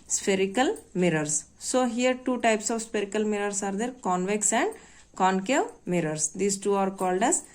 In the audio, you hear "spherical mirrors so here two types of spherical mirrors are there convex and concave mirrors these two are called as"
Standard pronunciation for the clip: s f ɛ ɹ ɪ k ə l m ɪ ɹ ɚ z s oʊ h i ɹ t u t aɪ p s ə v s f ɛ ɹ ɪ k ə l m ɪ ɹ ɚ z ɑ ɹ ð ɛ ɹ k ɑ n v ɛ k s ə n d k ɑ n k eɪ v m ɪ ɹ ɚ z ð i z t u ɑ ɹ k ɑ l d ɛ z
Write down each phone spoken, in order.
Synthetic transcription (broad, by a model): s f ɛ ɹ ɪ k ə l m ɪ ɹ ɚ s s oʊ h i ɹ t u t aɪ p s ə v s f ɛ ɹ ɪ k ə l m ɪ ɹ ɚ s ɑ ɹ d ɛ ɹ k ɑ n v ɛ k s ə n d k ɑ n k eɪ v m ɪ ɹ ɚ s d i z t u ɑ ɹ k ɑ l d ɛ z